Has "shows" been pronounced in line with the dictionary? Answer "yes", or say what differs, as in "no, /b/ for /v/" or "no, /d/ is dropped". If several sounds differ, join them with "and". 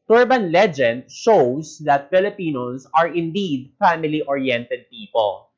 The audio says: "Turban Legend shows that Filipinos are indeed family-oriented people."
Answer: no, /s/ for /z/